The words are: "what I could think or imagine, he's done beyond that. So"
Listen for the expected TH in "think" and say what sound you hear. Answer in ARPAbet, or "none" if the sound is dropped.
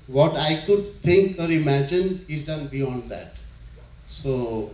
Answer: T